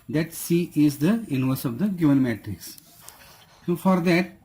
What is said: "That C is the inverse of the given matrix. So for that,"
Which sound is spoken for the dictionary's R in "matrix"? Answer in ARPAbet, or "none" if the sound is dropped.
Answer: R